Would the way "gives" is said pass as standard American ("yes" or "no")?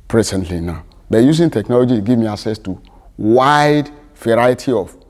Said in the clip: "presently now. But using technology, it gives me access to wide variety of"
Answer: no